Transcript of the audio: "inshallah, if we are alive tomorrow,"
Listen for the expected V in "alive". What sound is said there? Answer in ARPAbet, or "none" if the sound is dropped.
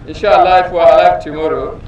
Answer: F